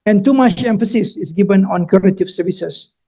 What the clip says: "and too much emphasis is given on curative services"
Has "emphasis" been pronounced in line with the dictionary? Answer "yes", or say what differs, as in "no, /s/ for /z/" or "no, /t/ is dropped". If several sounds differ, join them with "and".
yes